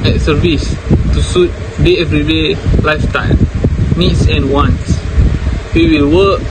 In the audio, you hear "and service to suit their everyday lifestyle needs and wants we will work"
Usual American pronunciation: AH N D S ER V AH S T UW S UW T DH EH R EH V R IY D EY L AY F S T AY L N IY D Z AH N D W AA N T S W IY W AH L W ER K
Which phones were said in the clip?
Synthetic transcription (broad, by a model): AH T S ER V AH S T UW S UW T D EH EH V R IY D EY L AY F T AY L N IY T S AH N W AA N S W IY W AH L W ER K